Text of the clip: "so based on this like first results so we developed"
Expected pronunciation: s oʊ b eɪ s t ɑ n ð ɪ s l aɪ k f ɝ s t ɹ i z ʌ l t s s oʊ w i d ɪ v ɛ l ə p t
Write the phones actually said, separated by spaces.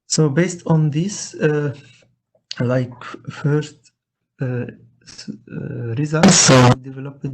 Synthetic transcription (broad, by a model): s oʊ b eɪ s t ɑ n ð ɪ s l aɪ k f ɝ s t ɹ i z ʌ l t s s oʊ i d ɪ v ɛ l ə p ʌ